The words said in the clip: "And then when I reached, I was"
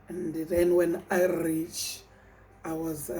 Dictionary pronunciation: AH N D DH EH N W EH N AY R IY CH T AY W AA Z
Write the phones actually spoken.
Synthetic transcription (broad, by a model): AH N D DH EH N W EH N AY R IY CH AY W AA Z